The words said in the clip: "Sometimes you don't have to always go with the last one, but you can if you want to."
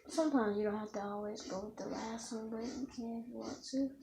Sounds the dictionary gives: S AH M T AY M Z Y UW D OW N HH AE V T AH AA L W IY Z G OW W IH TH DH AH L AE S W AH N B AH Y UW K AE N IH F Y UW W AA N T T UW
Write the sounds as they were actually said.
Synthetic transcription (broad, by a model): S AH M T AY M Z Y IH D OW N HH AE F T AH AA L W IY Z G OW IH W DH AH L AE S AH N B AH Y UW K AE N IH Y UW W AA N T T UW